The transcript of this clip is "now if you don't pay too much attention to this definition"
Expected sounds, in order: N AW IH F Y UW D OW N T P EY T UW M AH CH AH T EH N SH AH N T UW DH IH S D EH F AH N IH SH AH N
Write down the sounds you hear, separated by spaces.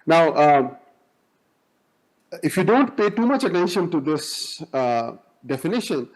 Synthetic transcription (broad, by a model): N AW IH F Y UW D OW N T P EY T UW M AH CH AH T EH N SH AH N T UW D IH S D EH F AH N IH SH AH N